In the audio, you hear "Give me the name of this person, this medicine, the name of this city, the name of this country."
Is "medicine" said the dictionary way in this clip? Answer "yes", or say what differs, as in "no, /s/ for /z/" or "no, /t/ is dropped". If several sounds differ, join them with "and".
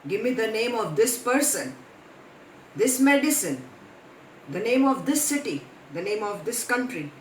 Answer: yes